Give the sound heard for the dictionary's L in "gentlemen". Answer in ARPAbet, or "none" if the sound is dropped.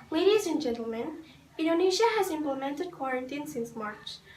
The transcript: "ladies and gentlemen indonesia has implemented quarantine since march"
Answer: L